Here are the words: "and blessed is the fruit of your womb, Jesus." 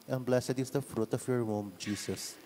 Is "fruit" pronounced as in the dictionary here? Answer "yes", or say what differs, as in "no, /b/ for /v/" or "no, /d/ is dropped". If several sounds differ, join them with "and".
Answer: yes